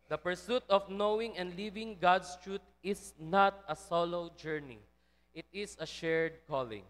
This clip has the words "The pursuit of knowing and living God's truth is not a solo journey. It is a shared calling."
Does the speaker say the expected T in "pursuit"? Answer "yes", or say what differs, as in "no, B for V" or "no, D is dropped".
yes